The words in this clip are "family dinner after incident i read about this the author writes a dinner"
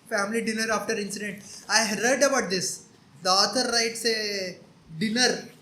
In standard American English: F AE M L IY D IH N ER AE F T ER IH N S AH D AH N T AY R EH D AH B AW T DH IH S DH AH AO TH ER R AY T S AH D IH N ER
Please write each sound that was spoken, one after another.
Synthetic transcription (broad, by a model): F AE M L IY D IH N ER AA F T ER IH N S AH D AH N T AY R EH D AH B AW T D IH S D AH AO T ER R AY T S AH D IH N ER